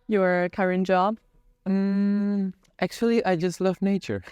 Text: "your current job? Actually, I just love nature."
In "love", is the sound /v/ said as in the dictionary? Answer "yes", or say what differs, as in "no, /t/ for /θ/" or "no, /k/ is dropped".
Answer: yes